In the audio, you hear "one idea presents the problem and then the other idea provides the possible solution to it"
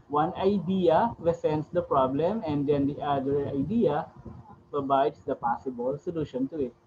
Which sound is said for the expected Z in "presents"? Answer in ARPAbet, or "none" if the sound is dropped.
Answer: S